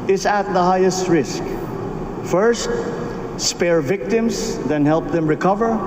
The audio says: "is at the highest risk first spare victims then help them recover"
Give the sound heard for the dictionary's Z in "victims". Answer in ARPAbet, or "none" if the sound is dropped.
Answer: S